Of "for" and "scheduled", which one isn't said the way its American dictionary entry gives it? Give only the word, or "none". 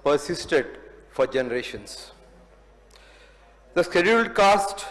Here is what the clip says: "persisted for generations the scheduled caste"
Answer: none